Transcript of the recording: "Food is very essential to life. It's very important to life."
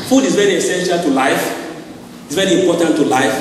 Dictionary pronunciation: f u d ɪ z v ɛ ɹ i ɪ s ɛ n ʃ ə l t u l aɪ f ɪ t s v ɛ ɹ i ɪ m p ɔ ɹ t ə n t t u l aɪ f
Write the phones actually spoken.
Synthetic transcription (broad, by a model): f u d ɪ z v ɛ ɹ i ɪ s ɛ n ʃ ə l t u l aɪ f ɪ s v ɛ ɹ i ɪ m p ɔ t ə n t t u l aɪ f